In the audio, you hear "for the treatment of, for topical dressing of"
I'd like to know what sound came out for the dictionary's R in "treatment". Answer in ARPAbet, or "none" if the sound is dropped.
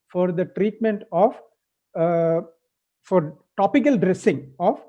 R